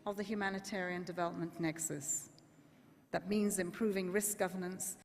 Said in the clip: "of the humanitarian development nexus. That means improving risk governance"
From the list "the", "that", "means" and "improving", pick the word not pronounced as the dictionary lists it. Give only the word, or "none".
none